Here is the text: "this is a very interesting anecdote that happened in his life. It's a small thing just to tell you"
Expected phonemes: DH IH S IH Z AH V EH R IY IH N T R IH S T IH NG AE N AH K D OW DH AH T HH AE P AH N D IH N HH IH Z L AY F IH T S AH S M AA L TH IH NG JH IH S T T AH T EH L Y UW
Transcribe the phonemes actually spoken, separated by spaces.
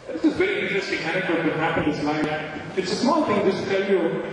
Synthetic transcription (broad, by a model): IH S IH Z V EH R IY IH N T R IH S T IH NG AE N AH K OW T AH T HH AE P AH IH N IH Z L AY IH T S AH S M AA L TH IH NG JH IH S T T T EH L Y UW